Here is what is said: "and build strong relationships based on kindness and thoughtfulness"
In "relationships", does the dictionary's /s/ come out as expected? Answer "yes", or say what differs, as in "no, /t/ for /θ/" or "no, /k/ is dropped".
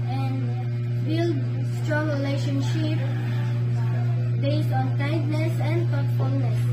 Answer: no, /s/ is dropped